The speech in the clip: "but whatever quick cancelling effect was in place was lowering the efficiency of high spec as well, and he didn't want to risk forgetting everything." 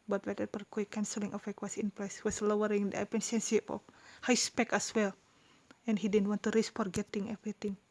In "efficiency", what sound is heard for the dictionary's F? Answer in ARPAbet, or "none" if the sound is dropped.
P